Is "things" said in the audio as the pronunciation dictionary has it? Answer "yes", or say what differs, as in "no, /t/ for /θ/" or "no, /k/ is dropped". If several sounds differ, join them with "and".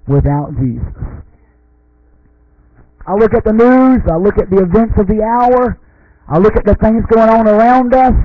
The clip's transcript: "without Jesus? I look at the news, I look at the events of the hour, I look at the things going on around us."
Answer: yes